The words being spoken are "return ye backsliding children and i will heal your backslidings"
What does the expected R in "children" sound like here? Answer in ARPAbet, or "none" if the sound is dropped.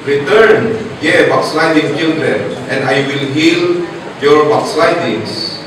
L